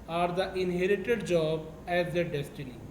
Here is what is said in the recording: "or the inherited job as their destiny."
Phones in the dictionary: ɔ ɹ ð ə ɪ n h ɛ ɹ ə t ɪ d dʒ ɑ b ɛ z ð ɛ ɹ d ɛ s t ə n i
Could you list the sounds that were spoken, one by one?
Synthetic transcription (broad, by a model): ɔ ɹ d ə ɪ n h ɛ ɹ ə t ɪ d dʒ ɑ b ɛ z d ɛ d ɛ s t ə n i